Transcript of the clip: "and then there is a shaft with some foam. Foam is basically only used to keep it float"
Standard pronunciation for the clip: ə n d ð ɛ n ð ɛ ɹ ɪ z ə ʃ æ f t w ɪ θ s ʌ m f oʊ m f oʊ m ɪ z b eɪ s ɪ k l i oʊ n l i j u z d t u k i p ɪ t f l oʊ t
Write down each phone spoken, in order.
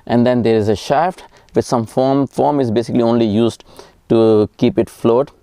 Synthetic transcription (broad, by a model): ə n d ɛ n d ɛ ɹ ɪ z ə ʃ æ f t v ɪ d s ʌ m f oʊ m f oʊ m ɪ z b eɪ s ɪ k l i oʊ n l i j u z d t u k i p ɪ t f l oʊ t